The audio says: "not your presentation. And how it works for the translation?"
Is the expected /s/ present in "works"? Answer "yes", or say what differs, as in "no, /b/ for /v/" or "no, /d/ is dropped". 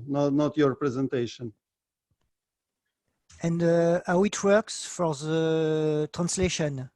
yes